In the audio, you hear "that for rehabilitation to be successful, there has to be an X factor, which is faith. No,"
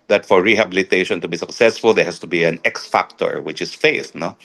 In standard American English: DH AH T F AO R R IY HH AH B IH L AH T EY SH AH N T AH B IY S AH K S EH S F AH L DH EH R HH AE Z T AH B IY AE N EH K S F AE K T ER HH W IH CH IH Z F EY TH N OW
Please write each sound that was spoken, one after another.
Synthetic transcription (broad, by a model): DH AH T F AO R R IY HH AH B IH L AH T EY SH AH N T AH B IY S AH K S EH S F AH L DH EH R HH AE S T AH B IY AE N EH K S F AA K T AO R W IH CH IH S F EY TH N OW